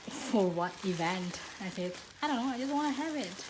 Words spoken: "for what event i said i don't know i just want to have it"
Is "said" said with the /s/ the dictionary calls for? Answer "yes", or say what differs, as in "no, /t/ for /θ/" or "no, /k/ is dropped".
no, /θ/ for /s/